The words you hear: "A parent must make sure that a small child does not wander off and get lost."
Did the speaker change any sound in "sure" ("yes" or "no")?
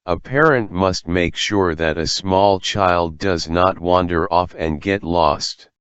no